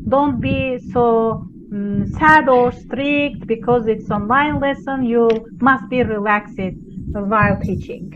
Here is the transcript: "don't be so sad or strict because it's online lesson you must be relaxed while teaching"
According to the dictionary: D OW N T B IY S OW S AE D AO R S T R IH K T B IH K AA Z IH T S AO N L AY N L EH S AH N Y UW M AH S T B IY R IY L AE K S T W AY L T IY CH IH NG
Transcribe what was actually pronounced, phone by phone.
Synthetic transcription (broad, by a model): D OW N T B IY S OW S AE D AO R S T R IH K T B IH K AA Z IH T S AO N L AY N L EH S AH N Y UW M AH S T B IY R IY L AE K S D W AY L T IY CH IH NG